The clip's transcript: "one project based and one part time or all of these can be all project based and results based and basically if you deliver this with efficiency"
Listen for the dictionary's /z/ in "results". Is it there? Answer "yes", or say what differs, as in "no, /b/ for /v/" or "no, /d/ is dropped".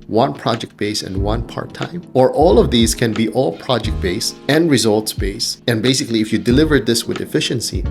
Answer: yes